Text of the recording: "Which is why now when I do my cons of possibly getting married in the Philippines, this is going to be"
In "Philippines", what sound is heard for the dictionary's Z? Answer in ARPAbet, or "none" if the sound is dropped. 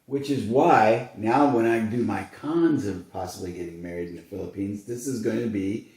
Z